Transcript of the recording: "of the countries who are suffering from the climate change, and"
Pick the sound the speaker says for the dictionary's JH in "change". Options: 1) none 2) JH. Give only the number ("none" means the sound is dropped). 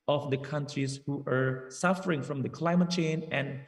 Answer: 1